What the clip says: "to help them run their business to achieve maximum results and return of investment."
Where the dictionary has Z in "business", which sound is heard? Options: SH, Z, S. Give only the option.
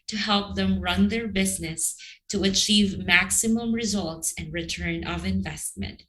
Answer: Z